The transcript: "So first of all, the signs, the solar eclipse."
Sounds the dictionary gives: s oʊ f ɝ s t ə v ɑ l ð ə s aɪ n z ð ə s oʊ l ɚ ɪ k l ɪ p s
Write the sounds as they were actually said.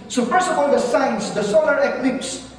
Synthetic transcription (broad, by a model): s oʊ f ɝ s ə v ɑ l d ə s aɪ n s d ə s oʊ l ɚ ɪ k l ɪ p s